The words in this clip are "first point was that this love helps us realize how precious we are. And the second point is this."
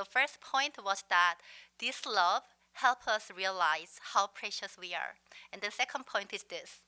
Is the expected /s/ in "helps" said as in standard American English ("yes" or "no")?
no